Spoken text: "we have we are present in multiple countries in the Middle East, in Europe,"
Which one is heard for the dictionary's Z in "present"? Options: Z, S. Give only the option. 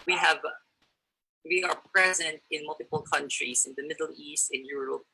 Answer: Z